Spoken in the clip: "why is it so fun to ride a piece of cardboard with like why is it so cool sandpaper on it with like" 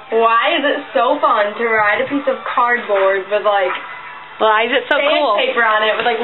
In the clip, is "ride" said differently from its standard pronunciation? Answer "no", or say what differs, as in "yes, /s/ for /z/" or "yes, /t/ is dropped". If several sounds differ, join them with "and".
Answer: no